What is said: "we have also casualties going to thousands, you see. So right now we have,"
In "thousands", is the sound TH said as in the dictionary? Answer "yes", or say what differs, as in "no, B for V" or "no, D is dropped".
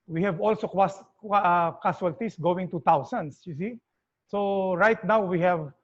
no, T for TH